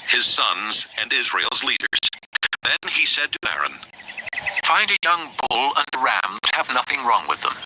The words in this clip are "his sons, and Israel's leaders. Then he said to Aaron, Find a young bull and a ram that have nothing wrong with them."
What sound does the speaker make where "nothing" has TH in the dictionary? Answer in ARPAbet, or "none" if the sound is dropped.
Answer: TH